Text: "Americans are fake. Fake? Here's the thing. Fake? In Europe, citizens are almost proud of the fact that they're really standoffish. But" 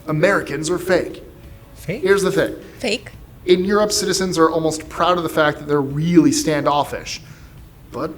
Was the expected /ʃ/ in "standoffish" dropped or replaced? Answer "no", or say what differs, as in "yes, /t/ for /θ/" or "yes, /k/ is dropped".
no